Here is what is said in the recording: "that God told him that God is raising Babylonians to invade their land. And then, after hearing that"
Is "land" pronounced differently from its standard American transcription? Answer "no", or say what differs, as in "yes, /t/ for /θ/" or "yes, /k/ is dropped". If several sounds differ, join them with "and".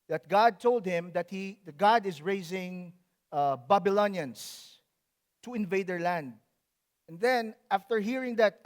no